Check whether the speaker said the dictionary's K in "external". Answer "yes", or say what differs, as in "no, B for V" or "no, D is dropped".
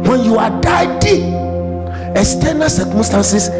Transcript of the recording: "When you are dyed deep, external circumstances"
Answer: no, K is dropped